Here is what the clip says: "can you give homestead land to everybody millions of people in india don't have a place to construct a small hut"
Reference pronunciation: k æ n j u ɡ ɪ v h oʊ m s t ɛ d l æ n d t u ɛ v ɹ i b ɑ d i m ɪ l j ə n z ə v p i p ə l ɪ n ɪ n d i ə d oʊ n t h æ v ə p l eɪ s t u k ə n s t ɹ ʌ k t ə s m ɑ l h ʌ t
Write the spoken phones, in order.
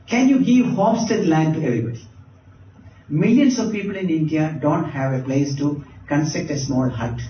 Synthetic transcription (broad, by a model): k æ n j u ɡ ɪ v h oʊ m s t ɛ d l æ n d t u ɛ v ɹ i b ɑ d i m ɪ l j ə n s ə v p i p ə l ɪ n ɪ n d i ə d oʊ n t h æ v ə p l eɪ s t u k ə n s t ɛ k t ə s m ɑ l h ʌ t